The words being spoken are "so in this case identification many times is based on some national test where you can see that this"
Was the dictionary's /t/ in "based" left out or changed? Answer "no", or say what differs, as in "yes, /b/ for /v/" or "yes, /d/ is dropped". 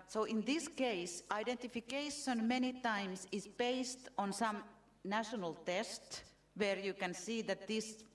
no